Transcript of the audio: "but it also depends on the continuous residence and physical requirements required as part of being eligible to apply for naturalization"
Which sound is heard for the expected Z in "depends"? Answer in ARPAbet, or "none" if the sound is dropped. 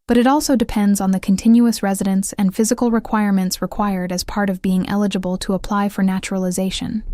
Z